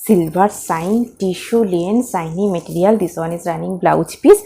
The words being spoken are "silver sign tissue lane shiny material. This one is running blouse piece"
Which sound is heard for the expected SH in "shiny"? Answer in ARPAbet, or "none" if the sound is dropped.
S